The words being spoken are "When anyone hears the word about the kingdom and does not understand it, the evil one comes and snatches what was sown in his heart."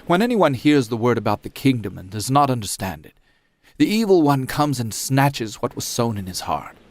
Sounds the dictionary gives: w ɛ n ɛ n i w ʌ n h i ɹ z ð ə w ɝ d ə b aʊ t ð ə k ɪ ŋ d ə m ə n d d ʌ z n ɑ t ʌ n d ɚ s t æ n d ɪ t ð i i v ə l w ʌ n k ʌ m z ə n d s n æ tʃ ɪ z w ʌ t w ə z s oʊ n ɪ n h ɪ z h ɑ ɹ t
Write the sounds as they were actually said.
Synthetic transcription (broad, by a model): w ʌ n ɛ n i w ʌ n h i ɹ z ð ə w ɝ d ə b aʊ t ð ə k ɪ ŋ d ə m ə n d d ʌ z n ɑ t ʌ n d ɚ s t æ n d ɪ t ð i i v l w ʌ n k ʌ m z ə n s n æ tʃ ɪ z w ʌ t w ə z s oʊ n ɪ n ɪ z h ɑ ɹ t